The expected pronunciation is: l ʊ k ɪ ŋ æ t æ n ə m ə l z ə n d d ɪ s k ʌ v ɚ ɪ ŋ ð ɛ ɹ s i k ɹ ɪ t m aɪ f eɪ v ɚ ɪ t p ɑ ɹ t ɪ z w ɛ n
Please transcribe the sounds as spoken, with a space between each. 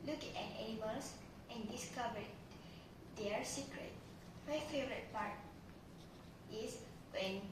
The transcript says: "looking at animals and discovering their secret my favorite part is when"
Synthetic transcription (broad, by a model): l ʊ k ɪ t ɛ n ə m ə l s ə n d d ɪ s k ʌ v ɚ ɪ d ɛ ɹ s i k ɹ ɪ t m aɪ f eɪ v ɚ ɪ t p ɑ ɹ t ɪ s w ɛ n